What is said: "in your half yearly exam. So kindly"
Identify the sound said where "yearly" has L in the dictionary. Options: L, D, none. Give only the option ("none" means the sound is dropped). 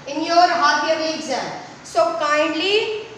none